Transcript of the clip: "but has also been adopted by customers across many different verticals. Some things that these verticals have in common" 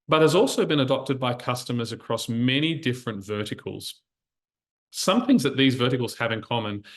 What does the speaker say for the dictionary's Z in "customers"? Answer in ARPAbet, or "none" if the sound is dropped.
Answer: Z